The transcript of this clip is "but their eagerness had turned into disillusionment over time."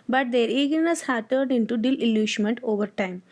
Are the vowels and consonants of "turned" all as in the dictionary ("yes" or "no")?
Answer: no